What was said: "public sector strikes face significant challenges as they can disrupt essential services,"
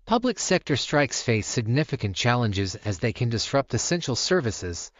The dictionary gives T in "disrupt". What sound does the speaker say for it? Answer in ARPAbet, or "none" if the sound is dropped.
T